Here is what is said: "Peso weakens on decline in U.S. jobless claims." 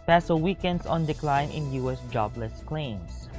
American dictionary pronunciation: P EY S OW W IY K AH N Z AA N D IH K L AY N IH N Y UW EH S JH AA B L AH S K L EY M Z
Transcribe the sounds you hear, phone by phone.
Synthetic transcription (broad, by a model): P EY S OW W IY K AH N S AA N D IH K L AY N IH N Y UW EH S JH AA B L AH S K L EY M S